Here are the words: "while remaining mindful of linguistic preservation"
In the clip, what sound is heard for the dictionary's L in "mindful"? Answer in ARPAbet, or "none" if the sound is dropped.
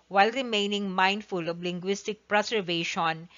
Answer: L